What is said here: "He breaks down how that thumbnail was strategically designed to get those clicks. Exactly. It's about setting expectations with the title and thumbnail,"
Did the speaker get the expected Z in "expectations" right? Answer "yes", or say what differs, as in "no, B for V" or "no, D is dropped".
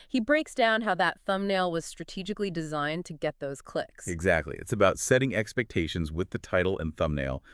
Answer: yes